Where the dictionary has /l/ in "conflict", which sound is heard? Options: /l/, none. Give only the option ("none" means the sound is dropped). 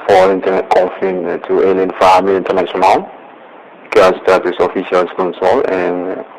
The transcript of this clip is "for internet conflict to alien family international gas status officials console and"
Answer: none